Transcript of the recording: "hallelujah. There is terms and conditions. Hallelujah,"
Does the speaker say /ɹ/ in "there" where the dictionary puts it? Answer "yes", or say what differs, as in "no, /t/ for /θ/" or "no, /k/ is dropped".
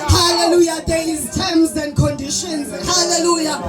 no, /l/ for /ɹ/